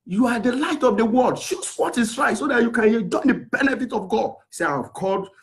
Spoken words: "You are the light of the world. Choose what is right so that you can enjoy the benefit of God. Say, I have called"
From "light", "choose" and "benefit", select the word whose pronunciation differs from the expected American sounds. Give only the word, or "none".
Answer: choose